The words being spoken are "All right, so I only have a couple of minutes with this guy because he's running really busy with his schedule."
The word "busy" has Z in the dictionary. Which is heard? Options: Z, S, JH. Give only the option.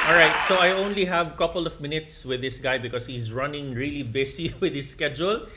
S